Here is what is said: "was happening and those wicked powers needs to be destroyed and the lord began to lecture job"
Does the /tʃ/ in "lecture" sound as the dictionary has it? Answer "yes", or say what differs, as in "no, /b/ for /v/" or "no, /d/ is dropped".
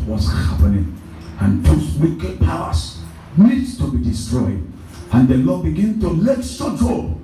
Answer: no, /s/ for /tʃ/